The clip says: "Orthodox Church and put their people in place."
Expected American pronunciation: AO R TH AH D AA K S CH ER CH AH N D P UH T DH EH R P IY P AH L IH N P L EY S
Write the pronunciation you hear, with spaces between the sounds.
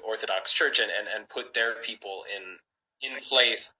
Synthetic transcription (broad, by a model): AO R TH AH D AA K S CH ER CH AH N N P UH T DH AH R P IY P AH N IH N P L EY S